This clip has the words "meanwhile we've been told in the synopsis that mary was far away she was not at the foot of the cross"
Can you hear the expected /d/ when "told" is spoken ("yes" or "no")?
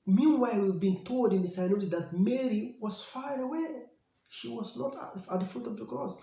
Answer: yes